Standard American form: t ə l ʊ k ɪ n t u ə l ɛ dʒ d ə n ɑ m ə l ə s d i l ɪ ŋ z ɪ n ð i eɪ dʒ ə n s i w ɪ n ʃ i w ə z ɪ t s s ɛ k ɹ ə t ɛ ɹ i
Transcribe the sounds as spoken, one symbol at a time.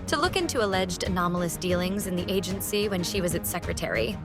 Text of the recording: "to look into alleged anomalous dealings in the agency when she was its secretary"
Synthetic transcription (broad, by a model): t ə l ʊ k ɪ n t u ə l ɛ dʒ d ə n ɑ m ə l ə s d i l ɪ ŋ z ɪ n ð i eɪ dʒ ə n s i w ɪ n ʃ i w ə z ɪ t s s ɛ k ɹ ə t ɛ ɹ i